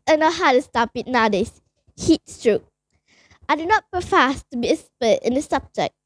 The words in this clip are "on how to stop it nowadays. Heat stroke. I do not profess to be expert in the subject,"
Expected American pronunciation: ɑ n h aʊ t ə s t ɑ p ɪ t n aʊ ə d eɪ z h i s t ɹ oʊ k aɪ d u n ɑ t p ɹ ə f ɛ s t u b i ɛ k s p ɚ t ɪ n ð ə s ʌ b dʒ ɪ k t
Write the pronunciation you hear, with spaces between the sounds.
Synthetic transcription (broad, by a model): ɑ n h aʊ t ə s t ɑ p ɪ t n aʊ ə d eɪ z h i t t ɹ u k aɪ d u n ɑ t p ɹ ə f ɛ s t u b i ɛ s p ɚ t ɪ n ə s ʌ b dʒ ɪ k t